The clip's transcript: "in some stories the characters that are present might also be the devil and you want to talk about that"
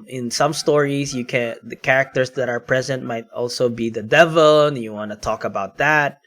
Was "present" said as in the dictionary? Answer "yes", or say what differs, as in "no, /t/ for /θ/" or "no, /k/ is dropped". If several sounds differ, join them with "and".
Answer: yes